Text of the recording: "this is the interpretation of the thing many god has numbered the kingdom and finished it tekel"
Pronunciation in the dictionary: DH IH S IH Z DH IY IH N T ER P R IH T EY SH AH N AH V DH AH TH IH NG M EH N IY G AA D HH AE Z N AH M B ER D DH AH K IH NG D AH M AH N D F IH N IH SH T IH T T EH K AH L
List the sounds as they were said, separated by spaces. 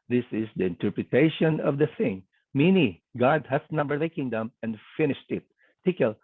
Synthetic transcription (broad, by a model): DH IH S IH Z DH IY IH N T ER P R IH T EY SH AH N AH V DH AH TH IH NG M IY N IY G AA D HH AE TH N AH M B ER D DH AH K IH NG D AH M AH N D F IH N IH SH T IH T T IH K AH L